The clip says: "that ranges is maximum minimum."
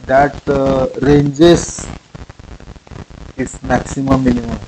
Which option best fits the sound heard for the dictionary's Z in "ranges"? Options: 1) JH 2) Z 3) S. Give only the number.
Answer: 3